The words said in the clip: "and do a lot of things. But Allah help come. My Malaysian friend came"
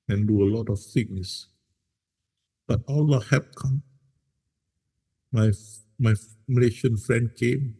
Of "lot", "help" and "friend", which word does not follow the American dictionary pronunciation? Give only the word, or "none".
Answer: help